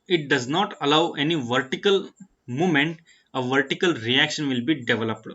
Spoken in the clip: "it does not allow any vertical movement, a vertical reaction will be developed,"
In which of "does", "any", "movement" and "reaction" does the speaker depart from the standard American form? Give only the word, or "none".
movement